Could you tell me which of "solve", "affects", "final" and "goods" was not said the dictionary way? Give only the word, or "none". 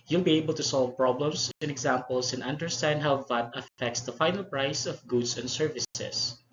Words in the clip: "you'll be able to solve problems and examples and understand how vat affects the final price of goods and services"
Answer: goods